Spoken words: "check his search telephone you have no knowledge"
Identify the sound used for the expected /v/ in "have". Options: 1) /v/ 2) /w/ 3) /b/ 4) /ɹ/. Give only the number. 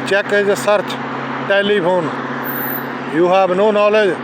3